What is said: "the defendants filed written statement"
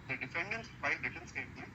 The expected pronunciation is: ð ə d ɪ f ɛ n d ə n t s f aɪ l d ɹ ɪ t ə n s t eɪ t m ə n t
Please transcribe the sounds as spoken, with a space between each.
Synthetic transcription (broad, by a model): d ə d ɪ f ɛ n d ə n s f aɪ d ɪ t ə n s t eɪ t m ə